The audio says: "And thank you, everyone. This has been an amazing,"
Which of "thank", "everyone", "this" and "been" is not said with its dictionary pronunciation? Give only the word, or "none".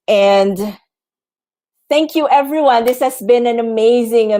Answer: none